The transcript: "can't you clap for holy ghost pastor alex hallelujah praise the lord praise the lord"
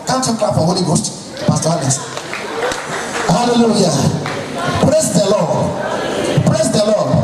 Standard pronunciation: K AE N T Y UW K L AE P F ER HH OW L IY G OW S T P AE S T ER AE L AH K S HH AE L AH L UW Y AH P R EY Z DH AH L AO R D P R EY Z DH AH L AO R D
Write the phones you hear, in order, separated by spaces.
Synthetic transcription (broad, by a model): K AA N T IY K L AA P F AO HH OW L IY G OW S T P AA S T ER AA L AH S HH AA L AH L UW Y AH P R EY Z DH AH L AO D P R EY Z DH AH L AO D